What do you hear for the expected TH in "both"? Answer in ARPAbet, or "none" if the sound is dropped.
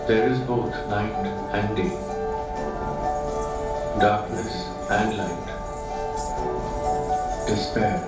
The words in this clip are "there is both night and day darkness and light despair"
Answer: T